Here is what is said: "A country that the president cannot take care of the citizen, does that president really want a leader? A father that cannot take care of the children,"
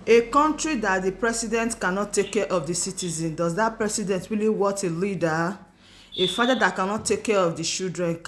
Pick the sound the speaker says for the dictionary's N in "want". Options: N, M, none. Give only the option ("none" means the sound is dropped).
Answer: none